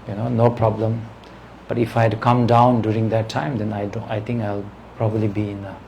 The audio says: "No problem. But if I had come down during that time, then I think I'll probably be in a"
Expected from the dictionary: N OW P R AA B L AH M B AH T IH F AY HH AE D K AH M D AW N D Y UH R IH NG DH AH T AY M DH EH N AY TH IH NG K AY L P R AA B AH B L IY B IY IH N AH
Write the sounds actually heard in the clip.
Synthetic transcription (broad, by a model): N OW P R AA B L AH M B AH T IH F AY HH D K AH M D AW N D Y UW R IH NG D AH T AY M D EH N AY T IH NG K AY L P R AA B AH B L IY B IY IH N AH